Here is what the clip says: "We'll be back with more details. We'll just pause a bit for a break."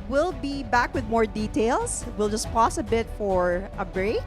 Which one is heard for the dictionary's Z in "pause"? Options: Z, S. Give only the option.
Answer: S